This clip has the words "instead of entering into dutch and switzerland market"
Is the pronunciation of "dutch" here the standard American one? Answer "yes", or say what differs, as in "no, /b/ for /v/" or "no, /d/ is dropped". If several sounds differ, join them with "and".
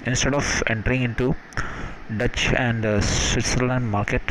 yes